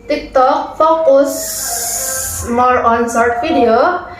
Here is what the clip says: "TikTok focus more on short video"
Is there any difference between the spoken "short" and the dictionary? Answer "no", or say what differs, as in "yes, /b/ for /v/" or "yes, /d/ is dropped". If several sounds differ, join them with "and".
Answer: yes, /s/ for /ʃ/